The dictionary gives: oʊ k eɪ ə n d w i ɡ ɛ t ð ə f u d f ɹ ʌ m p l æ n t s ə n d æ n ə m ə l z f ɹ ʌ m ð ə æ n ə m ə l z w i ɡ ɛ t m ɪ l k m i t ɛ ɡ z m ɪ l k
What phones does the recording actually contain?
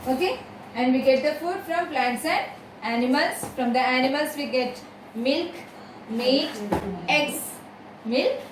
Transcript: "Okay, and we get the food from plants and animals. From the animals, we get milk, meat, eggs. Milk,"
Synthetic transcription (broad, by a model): oʊ k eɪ ə n d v i ɡ ɛ t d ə f u d f ɹ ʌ m p l æ n t s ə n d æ n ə m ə l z f ɹ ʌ m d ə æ n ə m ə l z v i ɡ ɛ t m ɪ l k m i ɛ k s m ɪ l k